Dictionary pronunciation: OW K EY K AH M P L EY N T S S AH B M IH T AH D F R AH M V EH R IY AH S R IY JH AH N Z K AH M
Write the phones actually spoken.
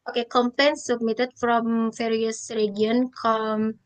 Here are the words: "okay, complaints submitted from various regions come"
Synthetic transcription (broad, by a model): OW K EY K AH M P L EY N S S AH B M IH T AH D F R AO M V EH R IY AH S R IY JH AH N K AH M